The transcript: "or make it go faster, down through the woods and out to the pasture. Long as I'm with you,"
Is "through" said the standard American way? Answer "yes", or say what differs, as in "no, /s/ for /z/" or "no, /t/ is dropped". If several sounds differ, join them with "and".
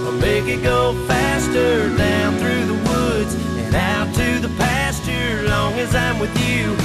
yes